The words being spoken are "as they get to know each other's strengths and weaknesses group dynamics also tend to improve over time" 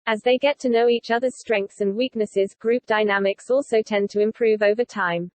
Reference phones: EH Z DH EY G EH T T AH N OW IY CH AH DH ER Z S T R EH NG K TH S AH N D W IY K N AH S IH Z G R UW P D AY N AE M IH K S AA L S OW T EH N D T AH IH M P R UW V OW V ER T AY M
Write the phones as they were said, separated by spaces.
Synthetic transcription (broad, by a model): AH Z DH EY G EH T T AH N OW IY CH AH DH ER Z S T R EH NG K TH S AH N W IY K N AH S IH Z G R UW P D AY N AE M IH K S AA L S OW T EH N T AH IH M P R UW V OW V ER T AY M